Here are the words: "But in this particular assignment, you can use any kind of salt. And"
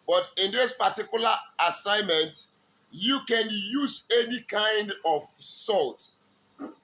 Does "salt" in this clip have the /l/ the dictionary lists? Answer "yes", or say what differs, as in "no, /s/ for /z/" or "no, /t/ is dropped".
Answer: yes